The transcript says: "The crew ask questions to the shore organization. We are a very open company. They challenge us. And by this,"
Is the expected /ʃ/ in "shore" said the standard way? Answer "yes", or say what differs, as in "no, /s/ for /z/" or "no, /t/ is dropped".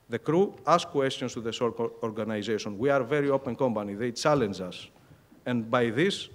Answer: no, /s/ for /ʃ/